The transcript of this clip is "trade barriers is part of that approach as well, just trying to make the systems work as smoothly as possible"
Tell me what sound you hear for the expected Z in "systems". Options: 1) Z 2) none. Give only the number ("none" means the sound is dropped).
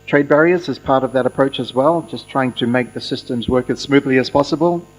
1